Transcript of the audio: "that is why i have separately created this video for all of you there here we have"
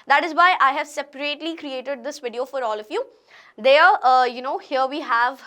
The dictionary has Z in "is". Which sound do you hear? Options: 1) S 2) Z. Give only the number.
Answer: 2